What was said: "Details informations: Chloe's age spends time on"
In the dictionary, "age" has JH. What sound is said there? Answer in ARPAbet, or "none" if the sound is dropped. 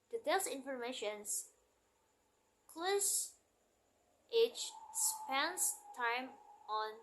CH